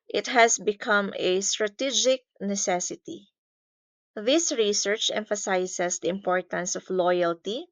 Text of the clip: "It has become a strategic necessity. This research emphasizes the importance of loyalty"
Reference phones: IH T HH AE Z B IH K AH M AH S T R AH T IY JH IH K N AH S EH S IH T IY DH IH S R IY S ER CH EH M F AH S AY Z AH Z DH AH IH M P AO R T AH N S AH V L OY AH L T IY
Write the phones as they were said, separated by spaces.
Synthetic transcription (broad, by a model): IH T HH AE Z B IH K AH M AH S T R AH T IY JH IH K N AH S EH S IH T IY DH IH S R IY S ER CH EH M F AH S AY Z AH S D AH IH M P AO R T AH N S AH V L OY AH L T IY